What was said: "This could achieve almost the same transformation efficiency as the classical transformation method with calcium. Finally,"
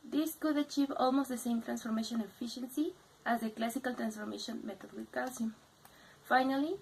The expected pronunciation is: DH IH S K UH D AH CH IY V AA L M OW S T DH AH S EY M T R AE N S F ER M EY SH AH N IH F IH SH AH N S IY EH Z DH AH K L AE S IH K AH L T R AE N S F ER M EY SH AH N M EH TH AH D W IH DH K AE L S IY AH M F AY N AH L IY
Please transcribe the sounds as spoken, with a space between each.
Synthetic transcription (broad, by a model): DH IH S K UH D AH CH IY V AA L M OW S T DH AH S EY M T R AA N S F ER M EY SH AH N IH F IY SH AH N S IY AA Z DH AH K L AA S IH K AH L T R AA N S F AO M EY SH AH N M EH T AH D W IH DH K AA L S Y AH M F AY N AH L IY